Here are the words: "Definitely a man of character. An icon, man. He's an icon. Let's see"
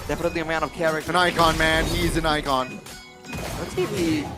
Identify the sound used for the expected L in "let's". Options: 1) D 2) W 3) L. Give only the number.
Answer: 2